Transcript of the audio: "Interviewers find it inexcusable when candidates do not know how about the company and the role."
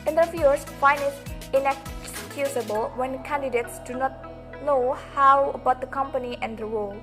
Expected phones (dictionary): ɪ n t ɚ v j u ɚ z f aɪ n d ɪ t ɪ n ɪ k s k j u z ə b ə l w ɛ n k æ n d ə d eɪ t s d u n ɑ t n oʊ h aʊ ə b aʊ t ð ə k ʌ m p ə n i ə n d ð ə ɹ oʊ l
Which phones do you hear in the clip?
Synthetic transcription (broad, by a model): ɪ n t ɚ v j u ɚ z f aɪ n d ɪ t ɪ n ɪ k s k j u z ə b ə l w ɛ n k æ n d ə d eɪ t s d u n ɑ t n oʊ h aʊ ə b aʊ t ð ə k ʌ m p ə n i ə n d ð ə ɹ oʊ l